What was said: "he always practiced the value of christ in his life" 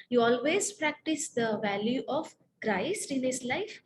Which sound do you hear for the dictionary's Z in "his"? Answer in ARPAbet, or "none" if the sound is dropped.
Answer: S